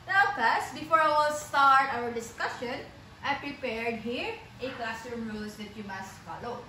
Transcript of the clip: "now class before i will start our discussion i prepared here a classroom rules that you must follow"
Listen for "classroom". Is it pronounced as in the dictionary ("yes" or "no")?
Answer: no